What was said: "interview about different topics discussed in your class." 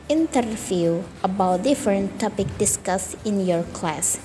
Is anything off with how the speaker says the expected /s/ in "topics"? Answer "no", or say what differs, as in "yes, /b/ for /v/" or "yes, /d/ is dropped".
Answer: yes, /s/ is dropped